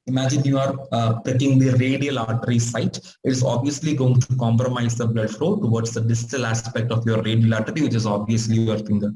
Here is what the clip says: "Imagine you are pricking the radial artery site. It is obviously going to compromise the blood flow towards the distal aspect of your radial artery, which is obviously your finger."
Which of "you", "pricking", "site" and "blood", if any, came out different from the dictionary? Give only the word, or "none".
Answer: pricking